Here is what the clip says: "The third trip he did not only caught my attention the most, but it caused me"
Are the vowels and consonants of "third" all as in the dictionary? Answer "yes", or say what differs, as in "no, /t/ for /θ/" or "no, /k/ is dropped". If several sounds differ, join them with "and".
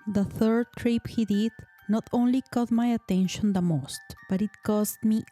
yes